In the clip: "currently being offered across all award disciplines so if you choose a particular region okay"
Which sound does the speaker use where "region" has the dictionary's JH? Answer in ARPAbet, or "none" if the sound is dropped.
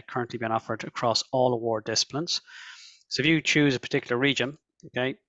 JH